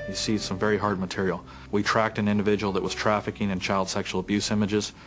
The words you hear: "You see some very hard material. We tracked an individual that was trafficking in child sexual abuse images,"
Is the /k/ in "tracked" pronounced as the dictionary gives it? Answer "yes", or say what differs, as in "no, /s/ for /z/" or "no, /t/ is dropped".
yes